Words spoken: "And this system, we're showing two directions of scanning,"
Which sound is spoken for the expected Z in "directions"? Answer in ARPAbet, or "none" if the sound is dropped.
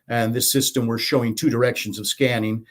Z